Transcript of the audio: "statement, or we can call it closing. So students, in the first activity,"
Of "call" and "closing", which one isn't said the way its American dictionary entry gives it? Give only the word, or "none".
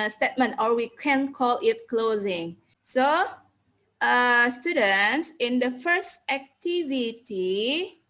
none